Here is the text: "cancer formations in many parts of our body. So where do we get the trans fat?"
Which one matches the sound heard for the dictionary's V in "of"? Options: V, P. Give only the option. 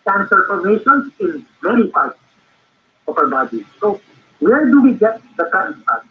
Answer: P